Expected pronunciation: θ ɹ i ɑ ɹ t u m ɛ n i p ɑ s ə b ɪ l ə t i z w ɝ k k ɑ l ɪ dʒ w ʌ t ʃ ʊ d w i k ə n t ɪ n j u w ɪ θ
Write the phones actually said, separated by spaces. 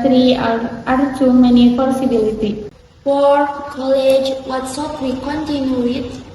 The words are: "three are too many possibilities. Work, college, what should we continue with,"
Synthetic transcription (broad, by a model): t ɹ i ɑ ɹ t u m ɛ n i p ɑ s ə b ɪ l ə t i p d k k ɑ l ɪ dʒ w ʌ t s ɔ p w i k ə n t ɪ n j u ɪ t